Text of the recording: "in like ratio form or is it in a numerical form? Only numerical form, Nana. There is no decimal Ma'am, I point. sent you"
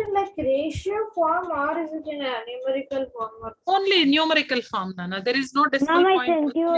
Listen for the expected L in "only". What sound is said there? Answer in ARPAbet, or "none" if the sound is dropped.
L